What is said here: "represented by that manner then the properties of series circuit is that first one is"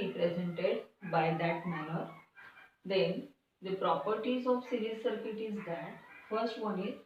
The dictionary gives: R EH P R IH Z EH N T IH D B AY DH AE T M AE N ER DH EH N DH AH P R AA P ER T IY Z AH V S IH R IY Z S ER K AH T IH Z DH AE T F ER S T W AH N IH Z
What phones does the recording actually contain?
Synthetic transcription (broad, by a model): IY P R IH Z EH N T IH D B AY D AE T M AE N ER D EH N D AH P R AA P ER T IY Z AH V S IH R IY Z S ER K AH T IH Z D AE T F ER S T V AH N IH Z